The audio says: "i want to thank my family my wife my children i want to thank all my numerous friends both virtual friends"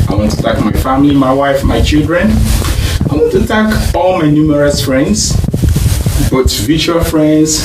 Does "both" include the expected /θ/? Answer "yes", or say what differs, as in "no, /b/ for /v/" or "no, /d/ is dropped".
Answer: no, /t/ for /θ/